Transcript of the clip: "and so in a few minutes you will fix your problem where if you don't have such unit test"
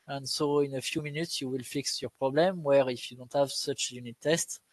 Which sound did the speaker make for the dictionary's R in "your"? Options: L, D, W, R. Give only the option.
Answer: R